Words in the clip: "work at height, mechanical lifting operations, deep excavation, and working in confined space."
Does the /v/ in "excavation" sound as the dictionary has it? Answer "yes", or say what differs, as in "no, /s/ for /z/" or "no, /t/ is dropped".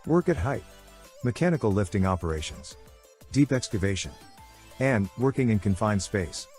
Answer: yes